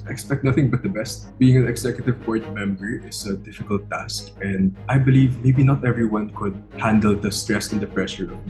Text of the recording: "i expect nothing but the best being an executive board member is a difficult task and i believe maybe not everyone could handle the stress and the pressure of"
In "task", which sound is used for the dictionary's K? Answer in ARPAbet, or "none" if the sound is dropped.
K